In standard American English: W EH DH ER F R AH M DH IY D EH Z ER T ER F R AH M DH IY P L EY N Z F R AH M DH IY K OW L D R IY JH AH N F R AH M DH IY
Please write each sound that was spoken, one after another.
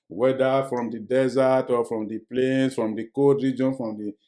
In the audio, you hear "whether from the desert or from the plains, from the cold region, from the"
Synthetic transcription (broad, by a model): W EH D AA F R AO M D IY D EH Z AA T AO F R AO M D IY P L EY N S F R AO M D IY K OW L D R IY JH AH N F R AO M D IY